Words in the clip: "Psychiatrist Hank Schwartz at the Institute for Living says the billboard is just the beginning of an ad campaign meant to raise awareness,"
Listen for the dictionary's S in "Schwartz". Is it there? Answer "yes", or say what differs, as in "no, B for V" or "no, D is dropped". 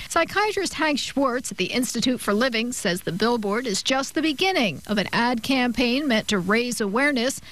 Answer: yes